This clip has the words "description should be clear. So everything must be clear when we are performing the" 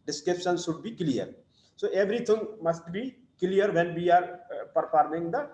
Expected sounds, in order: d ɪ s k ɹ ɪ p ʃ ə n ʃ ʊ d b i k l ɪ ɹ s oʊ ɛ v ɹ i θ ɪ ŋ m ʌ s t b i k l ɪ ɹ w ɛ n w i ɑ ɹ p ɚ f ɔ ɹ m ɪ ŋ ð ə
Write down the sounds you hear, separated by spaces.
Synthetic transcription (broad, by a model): d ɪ s k ɹ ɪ p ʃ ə n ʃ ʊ d b i k l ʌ ɹ s oʊ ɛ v ɹ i t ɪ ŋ m ʌ s t b i k l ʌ ɹ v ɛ n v i ɑ ɹ p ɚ p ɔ ɹ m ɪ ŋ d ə